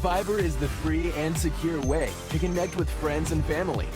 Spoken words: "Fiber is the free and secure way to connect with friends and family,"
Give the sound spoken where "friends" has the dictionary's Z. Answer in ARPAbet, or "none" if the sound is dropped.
Z